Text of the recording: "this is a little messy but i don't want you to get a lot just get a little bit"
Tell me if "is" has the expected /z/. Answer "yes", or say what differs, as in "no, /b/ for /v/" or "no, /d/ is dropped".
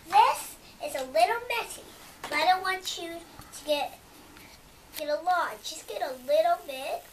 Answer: no, /s/ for /z/